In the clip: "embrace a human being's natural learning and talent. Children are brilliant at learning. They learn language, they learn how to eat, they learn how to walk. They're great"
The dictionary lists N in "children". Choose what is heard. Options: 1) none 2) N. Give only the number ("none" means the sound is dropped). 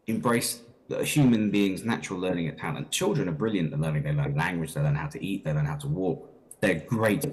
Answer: 2